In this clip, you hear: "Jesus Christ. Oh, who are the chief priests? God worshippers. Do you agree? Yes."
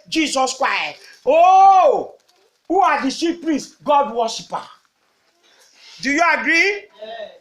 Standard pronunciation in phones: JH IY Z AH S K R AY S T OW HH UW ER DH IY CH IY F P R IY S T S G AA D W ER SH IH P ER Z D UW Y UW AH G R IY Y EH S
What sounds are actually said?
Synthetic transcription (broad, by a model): JH IY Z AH S K R AY S T OW HH UW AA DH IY S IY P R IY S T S G AA D W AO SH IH P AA D UW Y UW AH G R IY